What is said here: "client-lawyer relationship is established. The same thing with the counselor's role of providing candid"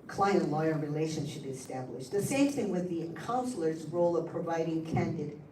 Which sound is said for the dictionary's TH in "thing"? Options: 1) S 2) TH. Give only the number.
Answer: 2